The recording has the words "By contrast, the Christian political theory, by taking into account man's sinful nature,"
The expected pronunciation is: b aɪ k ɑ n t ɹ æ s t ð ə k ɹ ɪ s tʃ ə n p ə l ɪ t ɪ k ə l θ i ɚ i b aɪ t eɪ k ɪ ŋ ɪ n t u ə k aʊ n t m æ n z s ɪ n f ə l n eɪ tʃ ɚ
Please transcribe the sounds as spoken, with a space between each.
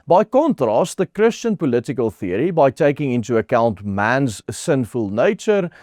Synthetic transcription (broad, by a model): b aɪ k ɑ n t ɹ æ s t ð ə k ɹ ɪ s tʃ ə n p ə l ɪ t ɪ k ə l θ i ɚ i b aɪ t eɪ k ɪ ŋ ɪ n t u ə k aʊ n t m æ n z s ɪ n f ə l n eɪ tʃ ɚ